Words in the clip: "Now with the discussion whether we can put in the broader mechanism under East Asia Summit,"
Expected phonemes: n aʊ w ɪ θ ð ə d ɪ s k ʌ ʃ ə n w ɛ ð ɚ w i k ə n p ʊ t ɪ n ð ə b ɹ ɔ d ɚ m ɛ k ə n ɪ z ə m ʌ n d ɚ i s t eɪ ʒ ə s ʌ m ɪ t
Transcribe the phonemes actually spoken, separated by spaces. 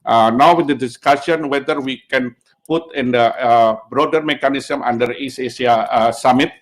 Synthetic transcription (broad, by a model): n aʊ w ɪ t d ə d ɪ s k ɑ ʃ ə n w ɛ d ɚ w i k ə n p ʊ t ɪ n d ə b ɹ ɔ d ɚ m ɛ k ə n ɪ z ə m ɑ n d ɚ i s eɪ s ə s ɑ m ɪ t